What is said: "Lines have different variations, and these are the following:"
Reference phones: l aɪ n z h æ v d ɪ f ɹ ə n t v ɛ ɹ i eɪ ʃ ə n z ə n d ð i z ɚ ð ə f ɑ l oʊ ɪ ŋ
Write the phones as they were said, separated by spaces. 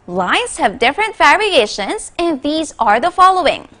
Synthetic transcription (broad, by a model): l aɪ n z h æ v d ɪ f ɹ ə n t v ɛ ɹ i eɪ ʃ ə n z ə n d ð i z ɚ ð ə f ɑ l oʊ ɪ ŋ